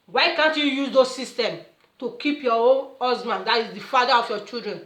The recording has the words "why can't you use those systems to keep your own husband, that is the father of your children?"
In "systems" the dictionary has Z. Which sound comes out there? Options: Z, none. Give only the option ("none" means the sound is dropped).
none